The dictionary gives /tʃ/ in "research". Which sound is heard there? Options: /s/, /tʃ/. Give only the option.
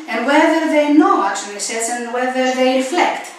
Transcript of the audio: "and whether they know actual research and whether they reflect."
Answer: /s/